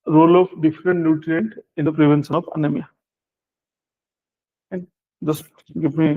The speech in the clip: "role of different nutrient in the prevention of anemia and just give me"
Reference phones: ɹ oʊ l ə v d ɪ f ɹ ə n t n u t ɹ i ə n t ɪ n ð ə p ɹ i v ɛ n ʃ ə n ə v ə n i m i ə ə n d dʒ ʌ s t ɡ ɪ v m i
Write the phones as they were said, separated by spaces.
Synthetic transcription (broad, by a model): ɹ oʊ l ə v d ɪ f ɹ ə n t n u t ɹ i ə n t ɪ n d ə p ɹ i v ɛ n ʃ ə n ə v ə n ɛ m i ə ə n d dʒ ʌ s ɡ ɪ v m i